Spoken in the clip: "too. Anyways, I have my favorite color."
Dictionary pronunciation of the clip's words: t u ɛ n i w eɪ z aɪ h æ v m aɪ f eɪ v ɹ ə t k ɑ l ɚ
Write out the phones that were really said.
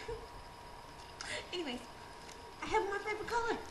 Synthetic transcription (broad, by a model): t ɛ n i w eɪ aɪ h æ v m aɪ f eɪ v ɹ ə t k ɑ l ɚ